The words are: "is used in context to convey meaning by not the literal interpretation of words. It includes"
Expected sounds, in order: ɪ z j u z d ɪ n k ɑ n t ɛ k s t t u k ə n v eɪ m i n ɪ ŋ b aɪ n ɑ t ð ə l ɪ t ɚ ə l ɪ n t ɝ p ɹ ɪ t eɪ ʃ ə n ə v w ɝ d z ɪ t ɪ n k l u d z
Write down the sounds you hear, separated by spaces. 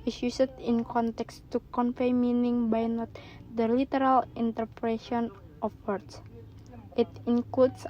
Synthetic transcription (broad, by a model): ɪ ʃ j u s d ɪ n k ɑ n t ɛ k s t t u k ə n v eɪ m i n ɪ ŋ b aɪ n ɑ t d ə l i t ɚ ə l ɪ n t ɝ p ɹ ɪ s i ə n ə f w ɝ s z ɪ t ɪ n k l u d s